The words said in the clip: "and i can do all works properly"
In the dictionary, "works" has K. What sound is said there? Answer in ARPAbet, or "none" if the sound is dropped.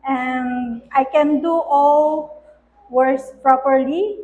none